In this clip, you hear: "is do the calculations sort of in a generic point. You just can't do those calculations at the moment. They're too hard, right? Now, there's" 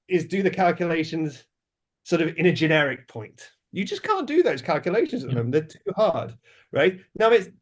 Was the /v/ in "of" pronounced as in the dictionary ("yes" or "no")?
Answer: yes